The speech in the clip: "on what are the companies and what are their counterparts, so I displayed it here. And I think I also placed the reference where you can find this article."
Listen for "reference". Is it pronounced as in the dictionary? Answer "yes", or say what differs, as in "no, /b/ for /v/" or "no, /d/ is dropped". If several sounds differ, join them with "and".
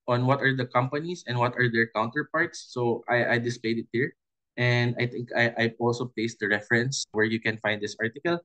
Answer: yes